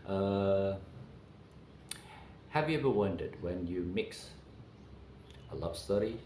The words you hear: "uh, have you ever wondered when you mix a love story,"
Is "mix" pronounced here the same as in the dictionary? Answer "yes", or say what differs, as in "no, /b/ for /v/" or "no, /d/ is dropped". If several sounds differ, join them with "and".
yes